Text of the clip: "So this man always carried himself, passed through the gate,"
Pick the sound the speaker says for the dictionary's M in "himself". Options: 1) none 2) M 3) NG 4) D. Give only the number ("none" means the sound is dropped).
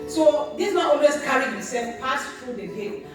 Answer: 1